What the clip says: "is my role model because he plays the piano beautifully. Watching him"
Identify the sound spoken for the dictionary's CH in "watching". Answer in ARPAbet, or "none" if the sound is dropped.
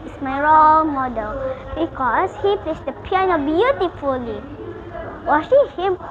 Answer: SH